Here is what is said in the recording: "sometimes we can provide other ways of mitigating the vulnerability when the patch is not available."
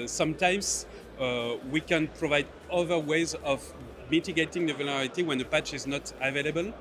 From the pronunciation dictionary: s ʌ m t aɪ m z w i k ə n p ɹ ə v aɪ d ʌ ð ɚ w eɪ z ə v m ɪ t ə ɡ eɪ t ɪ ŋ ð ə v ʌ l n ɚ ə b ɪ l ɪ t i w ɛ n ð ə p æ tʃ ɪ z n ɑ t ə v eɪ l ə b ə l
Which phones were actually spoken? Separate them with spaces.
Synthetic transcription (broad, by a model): s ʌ m t aɪ m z w i k ə n p ɹ ə v aɪ d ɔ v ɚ w eɪ z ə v m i t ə ɡ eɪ t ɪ ŋ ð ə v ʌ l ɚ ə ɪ t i w ɛ n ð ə p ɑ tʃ ɪ z n ɑ t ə v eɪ l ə b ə l